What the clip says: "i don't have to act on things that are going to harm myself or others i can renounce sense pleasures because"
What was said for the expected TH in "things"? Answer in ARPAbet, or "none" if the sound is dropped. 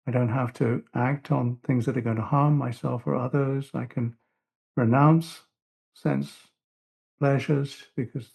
TH